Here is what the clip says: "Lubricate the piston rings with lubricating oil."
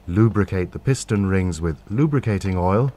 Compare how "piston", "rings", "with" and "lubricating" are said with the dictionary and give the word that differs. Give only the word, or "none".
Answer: none